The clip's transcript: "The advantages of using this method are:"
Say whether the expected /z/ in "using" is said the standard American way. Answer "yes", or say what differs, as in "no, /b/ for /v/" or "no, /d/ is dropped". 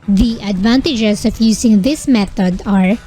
no, /s/ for /z/